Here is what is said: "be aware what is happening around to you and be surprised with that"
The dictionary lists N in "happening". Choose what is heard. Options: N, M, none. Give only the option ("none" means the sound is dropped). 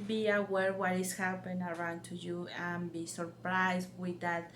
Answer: none